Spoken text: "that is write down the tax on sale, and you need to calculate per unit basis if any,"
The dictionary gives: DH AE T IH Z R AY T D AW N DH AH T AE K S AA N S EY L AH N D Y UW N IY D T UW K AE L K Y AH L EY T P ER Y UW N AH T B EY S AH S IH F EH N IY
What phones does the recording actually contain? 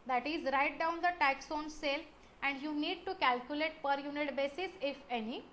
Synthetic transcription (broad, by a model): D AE T IH Z R AY T D AW N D AH T AE K S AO N S EY L AH N D Y UW N IY D T UW K AE L K Y AH L EY T P ER Y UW N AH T B EY S AH S IH F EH N IY